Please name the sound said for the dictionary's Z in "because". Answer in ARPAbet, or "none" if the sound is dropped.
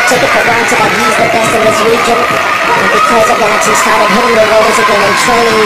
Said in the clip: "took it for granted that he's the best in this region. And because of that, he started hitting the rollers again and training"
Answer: Z